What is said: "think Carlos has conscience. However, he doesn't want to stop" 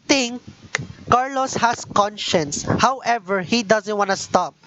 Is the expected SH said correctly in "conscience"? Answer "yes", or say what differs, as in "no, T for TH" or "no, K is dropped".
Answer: yes